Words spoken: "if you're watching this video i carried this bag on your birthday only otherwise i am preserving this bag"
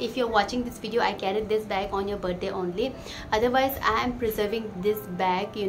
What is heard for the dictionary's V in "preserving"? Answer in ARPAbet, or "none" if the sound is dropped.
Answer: V